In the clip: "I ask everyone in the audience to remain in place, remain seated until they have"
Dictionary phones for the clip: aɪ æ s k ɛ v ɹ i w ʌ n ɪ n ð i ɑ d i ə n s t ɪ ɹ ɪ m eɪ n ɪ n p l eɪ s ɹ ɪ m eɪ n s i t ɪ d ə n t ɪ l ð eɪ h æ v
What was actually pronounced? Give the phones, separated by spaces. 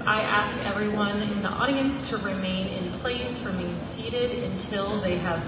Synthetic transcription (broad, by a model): aɪ æ s k ɛ v ɹ i w ʌ n ɪ n ð i ɑ d i ə n s t ɪ ɹ ɪ m eɪ n ɪ n p l eɪ s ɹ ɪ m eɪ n s i t ɪ d ə n t ɪ l ð eɪ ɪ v